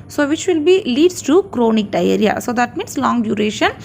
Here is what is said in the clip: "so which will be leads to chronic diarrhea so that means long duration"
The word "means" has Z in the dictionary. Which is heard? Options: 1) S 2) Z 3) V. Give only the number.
1